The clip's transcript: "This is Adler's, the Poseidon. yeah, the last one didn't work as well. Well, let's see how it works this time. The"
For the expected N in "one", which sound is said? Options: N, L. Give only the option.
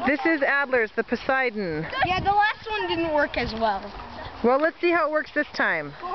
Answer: N